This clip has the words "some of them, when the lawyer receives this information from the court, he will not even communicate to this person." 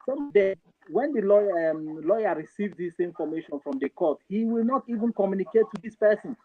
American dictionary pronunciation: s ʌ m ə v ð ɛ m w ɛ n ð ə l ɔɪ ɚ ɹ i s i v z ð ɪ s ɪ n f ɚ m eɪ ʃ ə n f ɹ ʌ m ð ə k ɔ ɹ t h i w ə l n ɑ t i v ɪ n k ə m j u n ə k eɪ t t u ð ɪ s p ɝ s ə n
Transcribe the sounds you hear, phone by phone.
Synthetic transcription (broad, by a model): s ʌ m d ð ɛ w ɛ n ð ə l ɔɪ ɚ ɹ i s i v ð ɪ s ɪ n f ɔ m eɪ ʃ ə n f ɹ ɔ m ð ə k ɔ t h i w ə l n ɑ t i v ɪ n k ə m j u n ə k eɪ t t u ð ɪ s p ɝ s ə n